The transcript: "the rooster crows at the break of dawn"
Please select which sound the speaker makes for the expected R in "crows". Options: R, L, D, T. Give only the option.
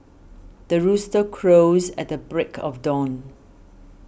R